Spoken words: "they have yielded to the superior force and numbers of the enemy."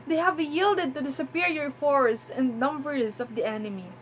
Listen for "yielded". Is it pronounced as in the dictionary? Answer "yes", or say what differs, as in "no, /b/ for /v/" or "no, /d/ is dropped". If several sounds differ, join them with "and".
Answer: yes